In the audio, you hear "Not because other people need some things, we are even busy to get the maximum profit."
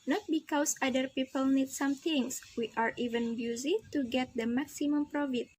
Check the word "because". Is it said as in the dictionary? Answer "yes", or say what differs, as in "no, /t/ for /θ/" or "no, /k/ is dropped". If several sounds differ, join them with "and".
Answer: no, /s/ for /z/